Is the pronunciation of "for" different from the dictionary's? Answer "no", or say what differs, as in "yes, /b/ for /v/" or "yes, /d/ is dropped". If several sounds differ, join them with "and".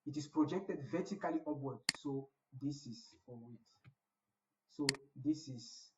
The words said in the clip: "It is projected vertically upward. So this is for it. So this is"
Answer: yes, /w/ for /ɹ/